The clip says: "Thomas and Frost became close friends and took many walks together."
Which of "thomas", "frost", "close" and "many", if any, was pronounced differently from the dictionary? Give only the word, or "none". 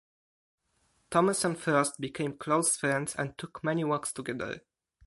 frost